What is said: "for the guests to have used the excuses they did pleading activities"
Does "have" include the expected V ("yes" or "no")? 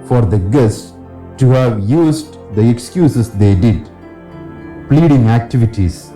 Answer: yes